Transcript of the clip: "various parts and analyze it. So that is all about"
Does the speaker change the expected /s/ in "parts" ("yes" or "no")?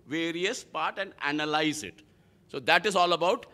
yes